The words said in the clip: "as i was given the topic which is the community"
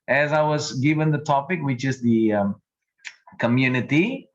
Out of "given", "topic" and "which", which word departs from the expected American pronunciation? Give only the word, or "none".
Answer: none